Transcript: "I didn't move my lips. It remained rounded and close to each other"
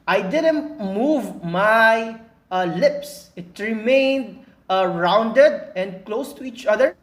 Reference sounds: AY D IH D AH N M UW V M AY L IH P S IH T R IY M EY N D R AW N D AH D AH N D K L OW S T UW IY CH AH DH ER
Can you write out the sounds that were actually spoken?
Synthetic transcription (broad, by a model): AY D IH D AH N M UW V M AY L IH P S IH T R IY M EY N D R AW N D AH D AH N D K L OW S T UW IY CH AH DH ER